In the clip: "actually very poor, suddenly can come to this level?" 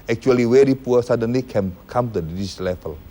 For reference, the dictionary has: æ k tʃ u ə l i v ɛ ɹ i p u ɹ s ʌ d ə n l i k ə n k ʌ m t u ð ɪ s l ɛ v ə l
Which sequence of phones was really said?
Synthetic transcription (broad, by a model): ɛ k tʃ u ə l i w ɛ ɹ i p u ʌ s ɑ d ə n l i k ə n k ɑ m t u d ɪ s l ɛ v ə l